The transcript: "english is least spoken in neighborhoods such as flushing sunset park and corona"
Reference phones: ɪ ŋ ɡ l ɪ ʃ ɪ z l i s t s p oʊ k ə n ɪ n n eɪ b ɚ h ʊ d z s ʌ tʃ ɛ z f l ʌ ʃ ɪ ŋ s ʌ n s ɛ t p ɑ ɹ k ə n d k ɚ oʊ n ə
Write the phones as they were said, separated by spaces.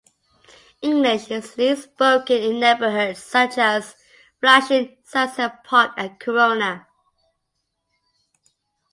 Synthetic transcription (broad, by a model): ɪ ŋ ɡ l ɪ ʃ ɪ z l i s s p oʊ k ə n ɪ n n eɪ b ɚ h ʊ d s ʌ tʃ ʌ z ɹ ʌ ʃ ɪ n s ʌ s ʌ p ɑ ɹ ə k ɚ oʊ n ə